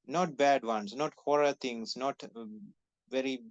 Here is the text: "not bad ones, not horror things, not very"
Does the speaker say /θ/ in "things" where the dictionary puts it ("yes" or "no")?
no